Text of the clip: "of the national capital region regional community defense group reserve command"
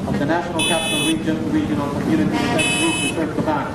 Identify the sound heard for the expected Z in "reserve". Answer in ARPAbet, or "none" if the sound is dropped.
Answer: S